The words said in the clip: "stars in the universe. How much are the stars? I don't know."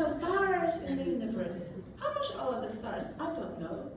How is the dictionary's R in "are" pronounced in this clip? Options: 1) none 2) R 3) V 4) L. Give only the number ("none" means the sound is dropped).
4